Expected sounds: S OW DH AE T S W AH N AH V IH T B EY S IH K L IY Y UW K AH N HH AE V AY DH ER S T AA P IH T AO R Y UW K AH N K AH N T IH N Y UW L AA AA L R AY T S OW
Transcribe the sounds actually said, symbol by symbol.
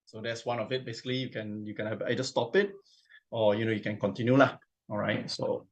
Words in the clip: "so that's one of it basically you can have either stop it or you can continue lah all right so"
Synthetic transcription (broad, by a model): S OW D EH T S W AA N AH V IH T B EY S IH K L IY Y UW K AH N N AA B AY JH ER S T AA P IH T AO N Y UW K AH N K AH N T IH N Y UW L AA AA L R AY T S OW